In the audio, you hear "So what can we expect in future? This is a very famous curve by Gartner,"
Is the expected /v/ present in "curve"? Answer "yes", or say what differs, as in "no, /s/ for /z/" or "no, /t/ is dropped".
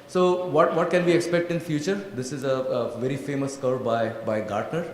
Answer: no, /b/ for /v/